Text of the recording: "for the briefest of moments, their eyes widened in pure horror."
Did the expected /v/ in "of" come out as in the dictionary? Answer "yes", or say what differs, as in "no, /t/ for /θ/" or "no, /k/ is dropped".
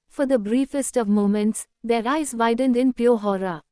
yes